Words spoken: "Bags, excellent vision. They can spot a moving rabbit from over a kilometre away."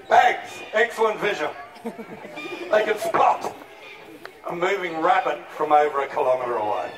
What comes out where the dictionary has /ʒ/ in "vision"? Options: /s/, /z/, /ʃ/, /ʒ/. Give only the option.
/ʒ/